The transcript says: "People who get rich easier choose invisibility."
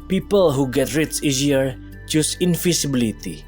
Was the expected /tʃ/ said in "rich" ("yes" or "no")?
no